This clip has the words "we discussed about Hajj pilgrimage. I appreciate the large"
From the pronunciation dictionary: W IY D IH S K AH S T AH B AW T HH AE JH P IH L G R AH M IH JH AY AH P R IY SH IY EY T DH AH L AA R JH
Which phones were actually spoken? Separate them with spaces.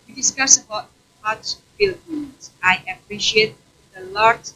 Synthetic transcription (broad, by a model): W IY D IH S K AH S AH B AW T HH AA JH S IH L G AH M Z AY AH P R IY SH IY EY T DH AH L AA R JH